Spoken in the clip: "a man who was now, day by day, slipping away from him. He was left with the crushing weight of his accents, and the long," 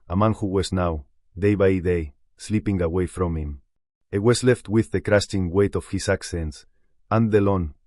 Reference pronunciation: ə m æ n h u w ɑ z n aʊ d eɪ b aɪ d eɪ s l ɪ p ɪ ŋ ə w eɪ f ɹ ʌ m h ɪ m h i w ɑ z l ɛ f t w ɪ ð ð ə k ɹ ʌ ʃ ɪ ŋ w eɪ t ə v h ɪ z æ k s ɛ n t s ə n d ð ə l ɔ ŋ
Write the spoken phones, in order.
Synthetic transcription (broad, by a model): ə m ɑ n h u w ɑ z n aʊ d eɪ b aɪ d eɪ s l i p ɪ ŋ ə w eɪ f ɹ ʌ m h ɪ m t w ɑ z l ɛ f t w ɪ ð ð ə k ɹ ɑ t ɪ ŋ w eɪ t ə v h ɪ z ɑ k s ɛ n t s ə n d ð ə l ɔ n